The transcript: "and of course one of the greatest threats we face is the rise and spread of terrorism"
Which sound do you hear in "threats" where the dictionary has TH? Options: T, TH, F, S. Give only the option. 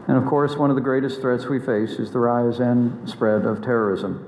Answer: TH